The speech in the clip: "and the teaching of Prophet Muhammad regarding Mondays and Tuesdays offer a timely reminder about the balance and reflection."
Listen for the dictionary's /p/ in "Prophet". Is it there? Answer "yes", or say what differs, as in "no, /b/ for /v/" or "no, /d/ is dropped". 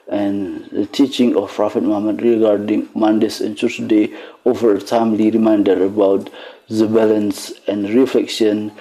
yes